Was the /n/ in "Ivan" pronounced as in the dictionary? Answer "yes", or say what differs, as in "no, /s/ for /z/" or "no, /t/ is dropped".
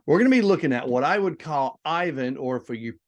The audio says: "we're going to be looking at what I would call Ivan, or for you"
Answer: yes